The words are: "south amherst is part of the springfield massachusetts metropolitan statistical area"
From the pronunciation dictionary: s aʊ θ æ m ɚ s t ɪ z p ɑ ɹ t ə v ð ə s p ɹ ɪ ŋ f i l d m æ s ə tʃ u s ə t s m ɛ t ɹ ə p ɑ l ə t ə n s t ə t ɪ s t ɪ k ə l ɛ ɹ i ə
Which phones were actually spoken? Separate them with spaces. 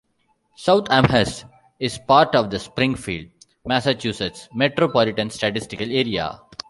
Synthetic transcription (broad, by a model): s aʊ t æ m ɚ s ɪ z p ɑ ɹ t ə v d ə s p ɹ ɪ ŋ f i l d m æ s ə tʃ u s ə t s m ɛ t ɹ ə p ɑ l ə t ə n s t ə t ɪ s t ɪ k ə l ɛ ɹ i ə